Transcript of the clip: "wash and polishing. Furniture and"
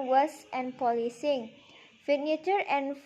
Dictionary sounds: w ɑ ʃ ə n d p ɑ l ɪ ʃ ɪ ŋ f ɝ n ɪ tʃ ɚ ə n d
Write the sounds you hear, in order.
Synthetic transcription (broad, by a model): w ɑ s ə n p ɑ l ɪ s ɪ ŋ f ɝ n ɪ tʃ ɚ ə n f